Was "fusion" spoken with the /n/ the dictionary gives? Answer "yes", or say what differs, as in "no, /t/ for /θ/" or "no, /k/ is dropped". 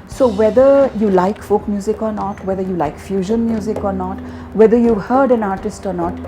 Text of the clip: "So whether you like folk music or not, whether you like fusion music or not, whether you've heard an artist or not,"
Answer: yes